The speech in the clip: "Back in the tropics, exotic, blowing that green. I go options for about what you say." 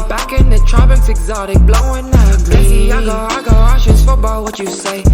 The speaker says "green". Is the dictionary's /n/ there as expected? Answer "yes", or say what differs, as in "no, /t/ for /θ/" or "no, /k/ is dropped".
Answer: no, /n/ is dropped